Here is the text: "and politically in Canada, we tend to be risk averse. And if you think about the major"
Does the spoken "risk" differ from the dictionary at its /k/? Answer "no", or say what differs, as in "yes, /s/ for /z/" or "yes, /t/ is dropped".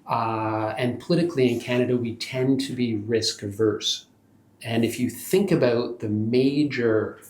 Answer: no